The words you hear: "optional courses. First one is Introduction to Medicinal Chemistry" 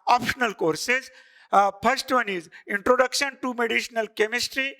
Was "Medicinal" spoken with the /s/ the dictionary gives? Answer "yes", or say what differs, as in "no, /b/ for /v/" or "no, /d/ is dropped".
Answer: no, /ʃ/ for /s/